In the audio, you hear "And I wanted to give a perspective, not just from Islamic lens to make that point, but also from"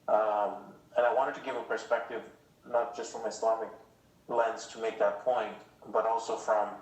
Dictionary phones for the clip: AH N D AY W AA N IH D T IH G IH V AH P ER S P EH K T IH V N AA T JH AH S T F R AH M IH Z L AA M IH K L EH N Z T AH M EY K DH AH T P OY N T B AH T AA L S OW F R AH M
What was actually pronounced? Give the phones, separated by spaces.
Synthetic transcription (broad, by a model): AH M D AY W AA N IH D T IH G IH V AH P ER S P EH K T IH V N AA T JH AH S T F R AH M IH S L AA M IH K L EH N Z T AH M EY K DH AH T P OY N T B AH T AA L S OW F R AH M